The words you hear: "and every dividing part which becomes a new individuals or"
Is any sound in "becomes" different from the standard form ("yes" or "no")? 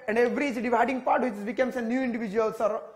yes